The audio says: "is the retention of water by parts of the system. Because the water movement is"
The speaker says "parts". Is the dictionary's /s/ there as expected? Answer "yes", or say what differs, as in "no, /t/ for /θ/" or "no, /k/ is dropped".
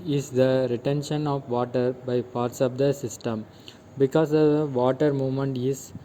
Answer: yes